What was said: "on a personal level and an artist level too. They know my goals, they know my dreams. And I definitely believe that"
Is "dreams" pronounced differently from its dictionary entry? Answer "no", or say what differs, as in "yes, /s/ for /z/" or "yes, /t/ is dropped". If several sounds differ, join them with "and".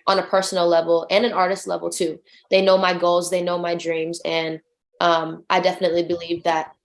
no